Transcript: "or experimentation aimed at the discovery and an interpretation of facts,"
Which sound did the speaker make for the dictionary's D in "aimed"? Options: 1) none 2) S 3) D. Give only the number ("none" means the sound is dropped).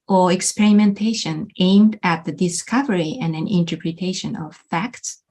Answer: 3